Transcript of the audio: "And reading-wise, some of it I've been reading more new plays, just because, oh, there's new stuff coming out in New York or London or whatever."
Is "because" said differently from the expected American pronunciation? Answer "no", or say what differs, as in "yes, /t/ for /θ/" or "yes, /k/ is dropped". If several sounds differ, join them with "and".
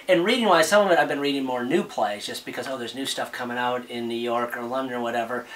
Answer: no